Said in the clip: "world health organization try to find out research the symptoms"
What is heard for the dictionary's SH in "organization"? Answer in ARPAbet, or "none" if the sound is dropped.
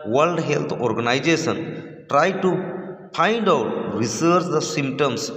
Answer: S